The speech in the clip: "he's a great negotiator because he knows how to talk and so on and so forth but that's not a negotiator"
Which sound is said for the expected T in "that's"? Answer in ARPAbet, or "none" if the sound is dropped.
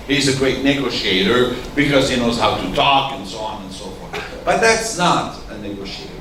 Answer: T